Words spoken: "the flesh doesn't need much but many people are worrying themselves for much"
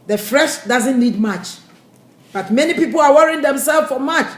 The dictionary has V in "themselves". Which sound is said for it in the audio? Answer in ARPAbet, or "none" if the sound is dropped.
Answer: none